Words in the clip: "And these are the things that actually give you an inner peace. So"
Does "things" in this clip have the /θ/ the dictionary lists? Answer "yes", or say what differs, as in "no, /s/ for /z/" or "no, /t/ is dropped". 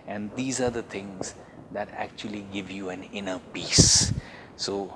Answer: no, /t/ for /θ/